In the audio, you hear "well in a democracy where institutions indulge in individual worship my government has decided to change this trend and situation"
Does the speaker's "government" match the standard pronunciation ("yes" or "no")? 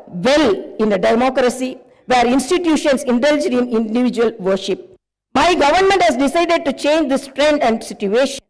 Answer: yes